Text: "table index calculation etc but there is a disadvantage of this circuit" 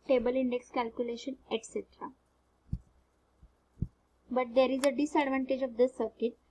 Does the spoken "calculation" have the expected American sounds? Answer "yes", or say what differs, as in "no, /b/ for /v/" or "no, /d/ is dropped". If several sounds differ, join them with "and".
yes